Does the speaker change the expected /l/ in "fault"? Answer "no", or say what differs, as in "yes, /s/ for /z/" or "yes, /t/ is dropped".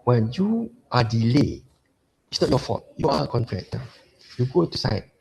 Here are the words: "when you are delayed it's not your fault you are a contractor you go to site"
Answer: yes, /l/ is dropped